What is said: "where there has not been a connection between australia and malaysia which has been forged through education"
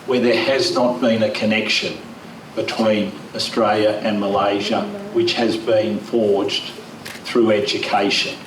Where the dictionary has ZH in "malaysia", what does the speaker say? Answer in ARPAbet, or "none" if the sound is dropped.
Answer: ZH